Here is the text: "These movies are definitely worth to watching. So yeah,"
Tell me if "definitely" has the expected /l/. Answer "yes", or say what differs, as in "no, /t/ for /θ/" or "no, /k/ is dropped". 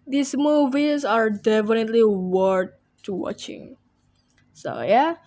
yes